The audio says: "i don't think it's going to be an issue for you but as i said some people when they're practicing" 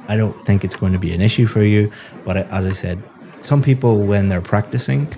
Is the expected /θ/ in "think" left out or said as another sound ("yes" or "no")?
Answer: no